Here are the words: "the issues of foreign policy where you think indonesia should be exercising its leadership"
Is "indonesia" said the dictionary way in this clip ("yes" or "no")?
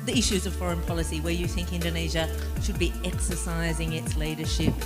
yes